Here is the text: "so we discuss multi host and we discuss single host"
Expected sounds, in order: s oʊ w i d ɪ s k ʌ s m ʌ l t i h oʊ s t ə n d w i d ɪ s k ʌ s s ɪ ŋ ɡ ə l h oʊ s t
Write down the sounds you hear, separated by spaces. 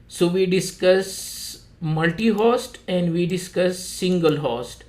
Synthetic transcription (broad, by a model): s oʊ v i d ɪ s k ʌ s m ʌ l t i h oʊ s t ə n d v i d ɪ s k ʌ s s ɪ ŋ ɡ ə l h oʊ s t